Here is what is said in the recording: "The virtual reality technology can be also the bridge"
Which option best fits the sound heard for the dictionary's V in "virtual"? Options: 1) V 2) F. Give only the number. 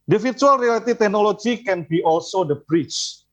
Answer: 2